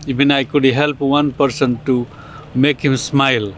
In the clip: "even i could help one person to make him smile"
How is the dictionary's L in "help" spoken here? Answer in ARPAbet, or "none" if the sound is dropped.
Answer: L